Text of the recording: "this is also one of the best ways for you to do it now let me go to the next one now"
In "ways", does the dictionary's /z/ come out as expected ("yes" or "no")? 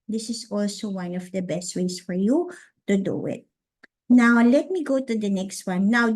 no